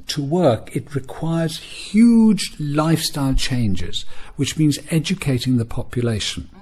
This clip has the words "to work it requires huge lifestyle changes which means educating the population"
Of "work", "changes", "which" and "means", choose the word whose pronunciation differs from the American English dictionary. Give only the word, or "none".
none